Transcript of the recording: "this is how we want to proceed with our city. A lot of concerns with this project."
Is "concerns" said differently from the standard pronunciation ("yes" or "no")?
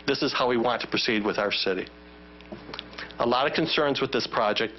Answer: no